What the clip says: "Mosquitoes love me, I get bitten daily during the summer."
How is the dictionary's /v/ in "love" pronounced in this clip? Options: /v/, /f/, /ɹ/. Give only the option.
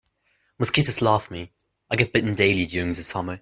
/f/